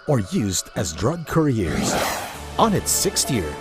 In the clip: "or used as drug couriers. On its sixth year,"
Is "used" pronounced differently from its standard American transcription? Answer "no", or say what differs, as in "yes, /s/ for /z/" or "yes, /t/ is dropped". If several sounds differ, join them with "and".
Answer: no